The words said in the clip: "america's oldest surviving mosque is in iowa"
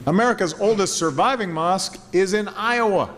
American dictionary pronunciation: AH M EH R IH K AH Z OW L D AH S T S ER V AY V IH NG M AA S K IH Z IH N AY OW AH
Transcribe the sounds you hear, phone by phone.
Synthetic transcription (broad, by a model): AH M EH R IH K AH Z OW L D AH S T S ER V AY V IH NG M AA S K IH Z IH N AY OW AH